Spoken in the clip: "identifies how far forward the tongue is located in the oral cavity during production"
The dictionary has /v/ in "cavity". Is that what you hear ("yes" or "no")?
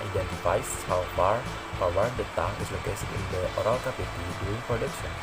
no